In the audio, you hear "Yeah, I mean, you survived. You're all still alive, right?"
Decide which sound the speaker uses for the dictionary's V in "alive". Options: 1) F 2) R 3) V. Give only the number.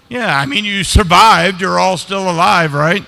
3